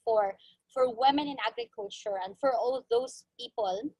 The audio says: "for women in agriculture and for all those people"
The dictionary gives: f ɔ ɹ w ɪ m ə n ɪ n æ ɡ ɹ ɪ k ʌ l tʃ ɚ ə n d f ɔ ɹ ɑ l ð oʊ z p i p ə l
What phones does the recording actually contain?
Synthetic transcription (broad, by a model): f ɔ ɹ w ɪ m ə n ɪ n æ ɡ ɹ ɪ k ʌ l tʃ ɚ ə n d f ɔ ɹ ɑ l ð oʊ s p i p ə l